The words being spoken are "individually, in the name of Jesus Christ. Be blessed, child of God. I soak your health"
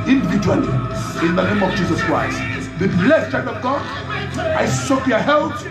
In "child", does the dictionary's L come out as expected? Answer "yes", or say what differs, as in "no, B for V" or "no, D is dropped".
no, L is dropped